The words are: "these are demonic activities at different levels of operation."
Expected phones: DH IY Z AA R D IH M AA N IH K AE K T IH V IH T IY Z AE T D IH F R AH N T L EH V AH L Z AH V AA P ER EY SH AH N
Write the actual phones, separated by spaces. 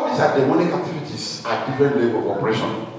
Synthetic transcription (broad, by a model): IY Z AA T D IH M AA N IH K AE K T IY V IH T IY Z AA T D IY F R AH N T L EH B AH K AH P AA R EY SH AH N